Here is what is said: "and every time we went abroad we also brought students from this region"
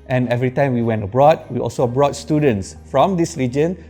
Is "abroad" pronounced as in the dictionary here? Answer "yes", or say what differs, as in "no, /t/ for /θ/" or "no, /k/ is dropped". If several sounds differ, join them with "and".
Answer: yes